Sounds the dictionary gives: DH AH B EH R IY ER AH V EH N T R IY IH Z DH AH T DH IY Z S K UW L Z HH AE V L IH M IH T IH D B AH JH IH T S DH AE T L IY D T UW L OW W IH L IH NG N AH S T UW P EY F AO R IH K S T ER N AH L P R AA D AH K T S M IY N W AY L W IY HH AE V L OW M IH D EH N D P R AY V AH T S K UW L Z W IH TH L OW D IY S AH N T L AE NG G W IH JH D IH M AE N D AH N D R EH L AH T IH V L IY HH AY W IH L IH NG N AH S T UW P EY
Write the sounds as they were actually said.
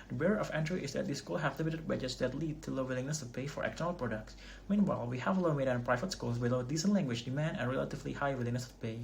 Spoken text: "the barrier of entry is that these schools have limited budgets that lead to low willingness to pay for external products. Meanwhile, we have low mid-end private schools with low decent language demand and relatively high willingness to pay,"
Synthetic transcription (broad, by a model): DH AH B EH R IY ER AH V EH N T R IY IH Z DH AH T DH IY S K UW L HH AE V L IH M IH T IH D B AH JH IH T S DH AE T L IY D T UW L OW W IH L IH NG N AH S T UW P EY F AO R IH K T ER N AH L P R AA D AH K T S M IY N W AY L W IY HH AE V L OW M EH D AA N P R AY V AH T S K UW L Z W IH L OW D IY S AH N T L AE NG G W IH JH D IH M AE N D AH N R EH L AH T IH V L IY HH AY W IH L IH NG N AH S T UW P EY